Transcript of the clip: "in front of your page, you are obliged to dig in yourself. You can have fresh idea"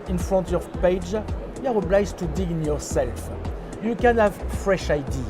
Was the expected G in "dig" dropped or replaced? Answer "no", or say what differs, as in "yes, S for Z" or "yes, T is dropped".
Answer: yes, G is dropped